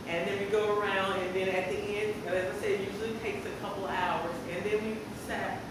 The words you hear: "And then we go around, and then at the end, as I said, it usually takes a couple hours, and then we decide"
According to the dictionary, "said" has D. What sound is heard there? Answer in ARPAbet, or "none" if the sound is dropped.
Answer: none